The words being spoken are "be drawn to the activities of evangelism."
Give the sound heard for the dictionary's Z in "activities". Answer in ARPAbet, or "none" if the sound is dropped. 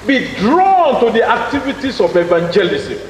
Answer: S